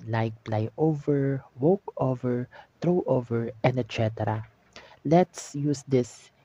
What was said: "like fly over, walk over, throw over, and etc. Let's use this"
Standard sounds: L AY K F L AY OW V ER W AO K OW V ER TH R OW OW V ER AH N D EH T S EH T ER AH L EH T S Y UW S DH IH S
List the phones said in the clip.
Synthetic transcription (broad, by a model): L AY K P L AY OW V ER W AO K OW V ER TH R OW OW V ER AH N D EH T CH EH T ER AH L EH T S Y UW S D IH S